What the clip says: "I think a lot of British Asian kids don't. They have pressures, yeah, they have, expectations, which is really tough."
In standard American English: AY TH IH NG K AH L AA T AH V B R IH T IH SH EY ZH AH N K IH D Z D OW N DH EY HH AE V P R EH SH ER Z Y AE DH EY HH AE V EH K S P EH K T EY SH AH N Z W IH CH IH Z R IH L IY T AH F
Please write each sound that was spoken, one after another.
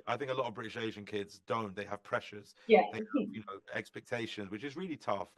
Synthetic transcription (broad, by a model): AY TH IH NG K AH L AA T AH V B R IH T IH SH EY ZH AH N K IH D Z D OW N DH EY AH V P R EH SH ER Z Y AE DH EY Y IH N EH K S P EH K T EY SH AH N Z W IH CH IH Z R IH L IY T AH F